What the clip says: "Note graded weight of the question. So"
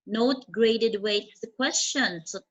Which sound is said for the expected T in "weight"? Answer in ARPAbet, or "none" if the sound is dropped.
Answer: none